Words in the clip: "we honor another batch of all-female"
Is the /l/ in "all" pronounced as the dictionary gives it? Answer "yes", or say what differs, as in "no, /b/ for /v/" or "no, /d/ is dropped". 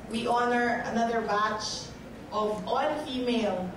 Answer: no, /n/ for /l/